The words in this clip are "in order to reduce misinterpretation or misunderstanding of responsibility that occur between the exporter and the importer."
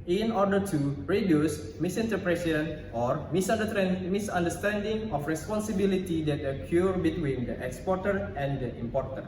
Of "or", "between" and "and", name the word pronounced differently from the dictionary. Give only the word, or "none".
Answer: none